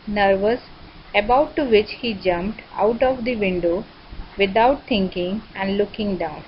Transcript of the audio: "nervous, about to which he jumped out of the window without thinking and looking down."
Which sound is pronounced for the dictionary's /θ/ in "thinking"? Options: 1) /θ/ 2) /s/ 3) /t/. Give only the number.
3